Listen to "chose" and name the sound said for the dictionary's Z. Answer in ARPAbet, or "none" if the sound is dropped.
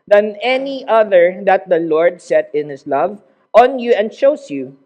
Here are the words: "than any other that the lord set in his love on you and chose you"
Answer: S